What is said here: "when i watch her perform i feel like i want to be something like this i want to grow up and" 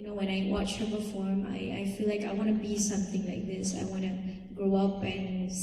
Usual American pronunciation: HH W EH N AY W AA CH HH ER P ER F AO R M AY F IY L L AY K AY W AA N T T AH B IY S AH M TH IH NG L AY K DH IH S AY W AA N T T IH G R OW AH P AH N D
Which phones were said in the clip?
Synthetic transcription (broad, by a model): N W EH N AY W AA CH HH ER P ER F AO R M AY F IY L L AY K AY W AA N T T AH B IY S AH M TH IH NG L AY K DH IH S AY W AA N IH G R OW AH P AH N